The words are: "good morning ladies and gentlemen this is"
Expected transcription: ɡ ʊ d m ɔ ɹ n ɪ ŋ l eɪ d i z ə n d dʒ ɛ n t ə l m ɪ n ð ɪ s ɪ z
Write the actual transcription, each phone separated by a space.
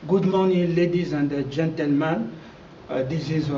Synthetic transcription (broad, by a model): ɡ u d m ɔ n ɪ l eɪ d i z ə n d dʒ ɛ n t ə l m ɪ n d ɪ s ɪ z